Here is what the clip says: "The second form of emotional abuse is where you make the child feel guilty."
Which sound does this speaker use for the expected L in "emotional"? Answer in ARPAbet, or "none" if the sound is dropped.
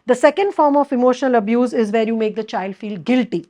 L